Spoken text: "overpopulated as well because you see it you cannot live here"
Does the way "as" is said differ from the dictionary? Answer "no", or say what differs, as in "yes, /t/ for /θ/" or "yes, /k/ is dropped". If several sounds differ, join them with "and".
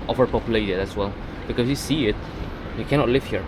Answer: yes, /s/ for /z/